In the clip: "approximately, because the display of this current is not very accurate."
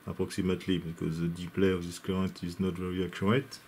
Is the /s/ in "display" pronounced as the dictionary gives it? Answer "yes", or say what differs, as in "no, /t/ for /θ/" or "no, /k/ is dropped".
no, /s/ is dropped